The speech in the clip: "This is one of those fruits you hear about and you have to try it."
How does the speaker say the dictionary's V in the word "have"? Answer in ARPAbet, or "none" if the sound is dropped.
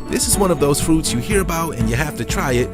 F